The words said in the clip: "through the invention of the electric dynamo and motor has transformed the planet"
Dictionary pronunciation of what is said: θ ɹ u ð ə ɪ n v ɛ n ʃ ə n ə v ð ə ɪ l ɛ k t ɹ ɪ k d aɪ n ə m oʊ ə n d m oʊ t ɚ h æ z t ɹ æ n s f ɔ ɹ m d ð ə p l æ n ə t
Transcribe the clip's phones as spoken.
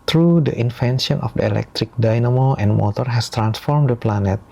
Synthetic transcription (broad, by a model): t ɹ u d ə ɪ n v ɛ n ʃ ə n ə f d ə ɪ l ɛ k t ɹ ɪ k d aɪ n ə m oʊ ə n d m oʊ t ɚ h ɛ s t ɹ æ n s f ɔ ɹ m d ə p l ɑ n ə t